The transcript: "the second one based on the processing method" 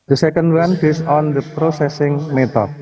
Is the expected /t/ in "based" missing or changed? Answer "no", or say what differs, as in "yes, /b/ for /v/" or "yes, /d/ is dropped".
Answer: yes, /t/ is dropped